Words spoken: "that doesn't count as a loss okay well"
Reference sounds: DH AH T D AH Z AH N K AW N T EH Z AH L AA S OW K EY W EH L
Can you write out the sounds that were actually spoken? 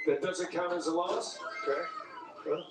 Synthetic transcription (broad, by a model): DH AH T D AH Z AH N K AW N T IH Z AH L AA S OW K EY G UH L